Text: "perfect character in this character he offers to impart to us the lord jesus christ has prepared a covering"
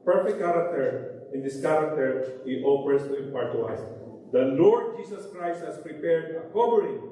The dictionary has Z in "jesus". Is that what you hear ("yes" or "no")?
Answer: no